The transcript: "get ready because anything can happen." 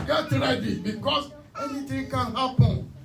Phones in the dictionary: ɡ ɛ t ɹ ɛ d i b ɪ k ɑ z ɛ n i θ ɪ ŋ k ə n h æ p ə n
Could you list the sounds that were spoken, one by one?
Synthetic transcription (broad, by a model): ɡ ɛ t ɹ ɛ d i b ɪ k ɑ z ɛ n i t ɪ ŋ k ə n h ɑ p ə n